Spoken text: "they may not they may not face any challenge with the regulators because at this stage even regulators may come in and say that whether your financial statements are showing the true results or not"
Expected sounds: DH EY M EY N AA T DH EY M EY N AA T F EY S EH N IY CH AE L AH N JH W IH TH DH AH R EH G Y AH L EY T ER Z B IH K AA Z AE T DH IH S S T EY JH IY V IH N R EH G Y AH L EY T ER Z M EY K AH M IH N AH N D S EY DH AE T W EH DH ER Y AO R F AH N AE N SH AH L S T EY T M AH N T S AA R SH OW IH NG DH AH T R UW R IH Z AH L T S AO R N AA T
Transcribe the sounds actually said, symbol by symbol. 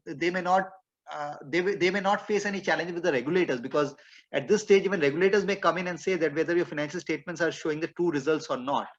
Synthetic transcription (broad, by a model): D EY M EY N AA T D EY M EY N AA T F EY S EH N IY CH AE L AH N JH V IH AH R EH G Y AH L EY T ER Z B IH K AA Z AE T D IH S S T EY JH IY V IH N R EH G Y AH L EY T ER Z M EY K AH M IH N AH N D S EY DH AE T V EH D ER Y AO R F AH N AE N SH AH L S T EY T M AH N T S AA R SH OW IH NG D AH T UW R IH Z AH L T S AO R N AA T